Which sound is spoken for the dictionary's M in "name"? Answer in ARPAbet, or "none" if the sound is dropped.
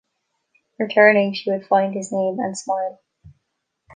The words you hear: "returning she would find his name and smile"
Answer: M